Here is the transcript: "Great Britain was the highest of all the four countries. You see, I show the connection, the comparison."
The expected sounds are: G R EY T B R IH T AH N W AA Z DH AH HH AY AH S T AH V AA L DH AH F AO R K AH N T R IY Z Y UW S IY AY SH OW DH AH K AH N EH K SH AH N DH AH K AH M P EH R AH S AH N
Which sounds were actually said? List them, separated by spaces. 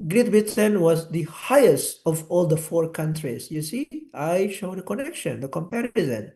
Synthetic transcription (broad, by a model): G R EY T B IH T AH N W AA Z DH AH HH AY AH S T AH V AA L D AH F AO R K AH N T R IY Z Y UW S IY AY SH OW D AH K AH N EH K SH AH N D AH K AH M P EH R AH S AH N